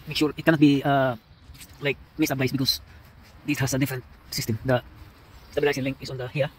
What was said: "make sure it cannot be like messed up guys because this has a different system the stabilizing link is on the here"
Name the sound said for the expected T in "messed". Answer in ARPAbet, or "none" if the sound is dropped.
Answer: none